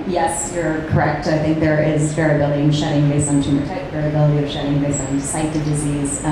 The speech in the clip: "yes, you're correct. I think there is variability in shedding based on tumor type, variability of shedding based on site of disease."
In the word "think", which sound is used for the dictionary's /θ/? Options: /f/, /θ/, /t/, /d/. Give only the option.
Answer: /θ/